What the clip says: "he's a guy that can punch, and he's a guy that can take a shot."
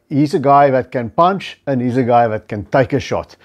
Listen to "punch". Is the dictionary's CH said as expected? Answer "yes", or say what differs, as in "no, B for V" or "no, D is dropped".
yes